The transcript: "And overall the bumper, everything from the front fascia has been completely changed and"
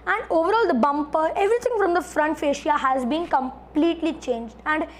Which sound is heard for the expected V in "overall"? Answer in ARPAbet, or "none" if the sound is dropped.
V